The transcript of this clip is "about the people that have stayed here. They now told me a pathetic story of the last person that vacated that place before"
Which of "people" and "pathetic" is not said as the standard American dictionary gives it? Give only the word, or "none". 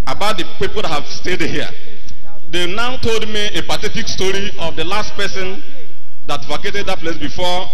pathetic